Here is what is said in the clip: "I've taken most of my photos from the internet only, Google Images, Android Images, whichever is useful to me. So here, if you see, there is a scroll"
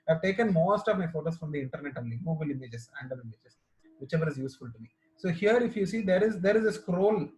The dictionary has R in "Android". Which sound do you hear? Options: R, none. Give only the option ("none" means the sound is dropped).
none